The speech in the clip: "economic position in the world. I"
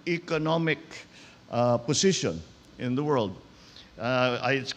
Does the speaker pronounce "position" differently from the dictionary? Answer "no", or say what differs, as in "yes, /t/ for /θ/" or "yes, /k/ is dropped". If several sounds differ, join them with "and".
yes, /s/ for /z/